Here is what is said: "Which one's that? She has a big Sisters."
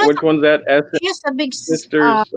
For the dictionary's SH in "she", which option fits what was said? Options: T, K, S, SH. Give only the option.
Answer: S